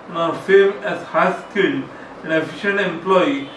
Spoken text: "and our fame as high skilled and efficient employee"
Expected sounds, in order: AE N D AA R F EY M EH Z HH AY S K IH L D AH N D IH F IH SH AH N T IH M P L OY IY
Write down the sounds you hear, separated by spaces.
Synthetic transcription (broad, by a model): N AA R F EY M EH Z HH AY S K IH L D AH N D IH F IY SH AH N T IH M P L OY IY